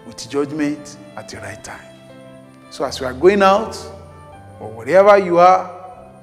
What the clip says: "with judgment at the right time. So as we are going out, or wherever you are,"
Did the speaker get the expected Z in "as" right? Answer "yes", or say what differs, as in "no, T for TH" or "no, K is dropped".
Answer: no, S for Z